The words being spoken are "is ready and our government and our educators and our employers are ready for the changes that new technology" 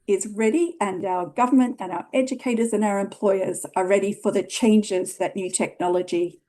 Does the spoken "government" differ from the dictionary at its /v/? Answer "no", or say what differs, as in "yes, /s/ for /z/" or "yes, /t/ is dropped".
no